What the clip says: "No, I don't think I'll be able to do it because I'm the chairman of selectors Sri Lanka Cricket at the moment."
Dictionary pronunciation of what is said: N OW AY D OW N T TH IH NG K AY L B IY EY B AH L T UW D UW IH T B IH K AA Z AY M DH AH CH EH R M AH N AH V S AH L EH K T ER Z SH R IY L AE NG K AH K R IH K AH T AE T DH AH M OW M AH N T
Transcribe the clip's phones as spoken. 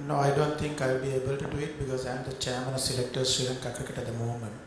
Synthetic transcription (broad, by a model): N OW AY D OW N T T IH NG K AY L B IY EY B AH L T UW D UW IH T B IH K AA Z AY M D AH CH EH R M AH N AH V S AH L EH K T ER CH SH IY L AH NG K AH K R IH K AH T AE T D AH M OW M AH N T